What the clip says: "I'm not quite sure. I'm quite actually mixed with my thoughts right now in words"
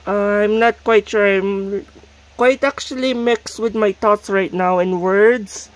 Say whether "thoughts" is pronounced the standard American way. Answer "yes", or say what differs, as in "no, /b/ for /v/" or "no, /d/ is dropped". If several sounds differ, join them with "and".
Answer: no, /t/ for /θ/